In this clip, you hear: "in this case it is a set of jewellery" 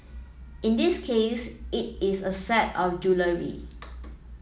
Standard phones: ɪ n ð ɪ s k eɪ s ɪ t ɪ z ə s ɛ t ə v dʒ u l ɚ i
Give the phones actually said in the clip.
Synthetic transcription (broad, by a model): ɪ n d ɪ s k eɪ s ɪ t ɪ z ə s ɛ t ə f dʒ u l ɚ i